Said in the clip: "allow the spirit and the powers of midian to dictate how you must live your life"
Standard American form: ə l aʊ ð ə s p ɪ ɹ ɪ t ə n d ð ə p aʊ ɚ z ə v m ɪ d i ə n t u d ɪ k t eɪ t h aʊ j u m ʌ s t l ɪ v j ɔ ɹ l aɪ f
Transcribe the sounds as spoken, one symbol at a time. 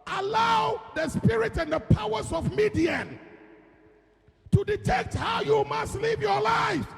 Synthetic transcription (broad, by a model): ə l aʊ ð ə s p ɪ ɹ ɪ t ə n d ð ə p aʊ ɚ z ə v m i d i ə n t u d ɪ t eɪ t h aʊ j u m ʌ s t l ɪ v j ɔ l aɪ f